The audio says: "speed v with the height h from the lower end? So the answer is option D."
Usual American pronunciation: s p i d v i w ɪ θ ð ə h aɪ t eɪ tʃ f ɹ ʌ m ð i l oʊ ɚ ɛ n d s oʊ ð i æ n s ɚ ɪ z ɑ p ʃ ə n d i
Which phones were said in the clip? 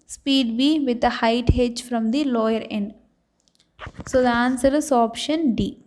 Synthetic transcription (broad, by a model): s p i d b i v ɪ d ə h aɪ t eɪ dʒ f ɹ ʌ m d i l oʊ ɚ ɛ n d s oʊ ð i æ n s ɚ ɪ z ɑ p ʃ ə n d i